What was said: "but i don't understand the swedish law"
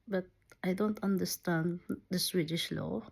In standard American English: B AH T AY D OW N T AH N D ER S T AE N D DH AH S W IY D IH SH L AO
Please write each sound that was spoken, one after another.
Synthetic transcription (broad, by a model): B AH T AY D OW N T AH N D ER S T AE N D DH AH S W IY D IH SH L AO